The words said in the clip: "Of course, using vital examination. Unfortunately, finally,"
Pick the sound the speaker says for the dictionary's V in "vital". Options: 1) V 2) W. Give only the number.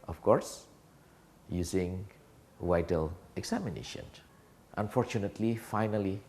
2